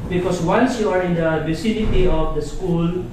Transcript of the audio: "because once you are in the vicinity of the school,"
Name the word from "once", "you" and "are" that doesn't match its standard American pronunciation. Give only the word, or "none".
once